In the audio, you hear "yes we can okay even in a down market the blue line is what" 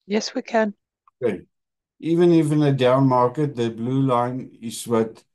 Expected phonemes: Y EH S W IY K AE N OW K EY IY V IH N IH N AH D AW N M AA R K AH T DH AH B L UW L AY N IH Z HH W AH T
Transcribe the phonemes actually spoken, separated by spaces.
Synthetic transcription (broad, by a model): Y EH S W IY K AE N OW K EY IY V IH N IH N AH D AW N M AA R K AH T DH AH B L UW L AY N IH Z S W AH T